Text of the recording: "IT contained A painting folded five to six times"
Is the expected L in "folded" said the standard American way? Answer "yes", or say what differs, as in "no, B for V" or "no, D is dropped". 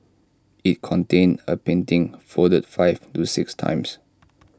no, L is dropped